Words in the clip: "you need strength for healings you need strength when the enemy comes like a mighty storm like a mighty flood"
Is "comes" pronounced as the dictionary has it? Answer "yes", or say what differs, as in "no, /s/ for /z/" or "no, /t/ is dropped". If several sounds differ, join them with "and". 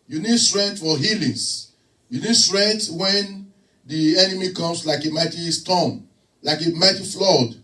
no, /s/ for /z/